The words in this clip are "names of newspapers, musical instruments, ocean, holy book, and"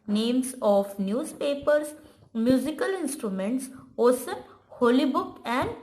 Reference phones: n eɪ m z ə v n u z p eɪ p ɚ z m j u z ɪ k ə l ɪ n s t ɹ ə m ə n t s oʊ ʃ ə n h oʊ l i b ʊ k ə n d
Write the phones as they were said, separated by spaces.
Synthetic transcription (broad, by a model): n eɪ m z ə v n u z p eɪ p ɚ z m j u z ɪ k ə l ɪ n s t ɹ ə m ə n t s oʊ s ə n h oʊ l i b ʊ k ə n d